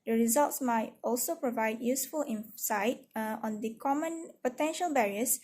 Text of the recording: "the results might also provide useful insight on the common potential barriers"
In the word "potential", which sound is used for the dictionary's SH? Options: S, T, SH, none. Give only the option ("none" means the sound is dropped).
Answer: SH